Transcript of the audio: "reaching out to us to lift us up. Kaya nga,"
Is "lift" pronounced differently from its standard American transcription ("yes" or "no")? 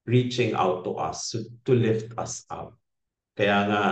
no